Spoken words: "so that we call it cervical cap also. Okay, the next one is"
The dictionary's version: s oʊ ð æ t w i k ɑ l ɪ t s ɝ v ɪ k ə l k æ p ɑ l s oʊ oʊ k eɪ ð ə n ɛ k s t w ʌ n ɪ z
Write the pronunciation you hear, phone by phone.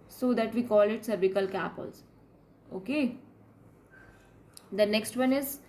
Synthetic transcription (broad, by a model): s oʊ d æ t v i k ɑ l ɪ t s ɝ b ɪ k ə l k æ p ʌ l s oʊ oʊ k eɪ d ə n ɛ k s t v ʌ n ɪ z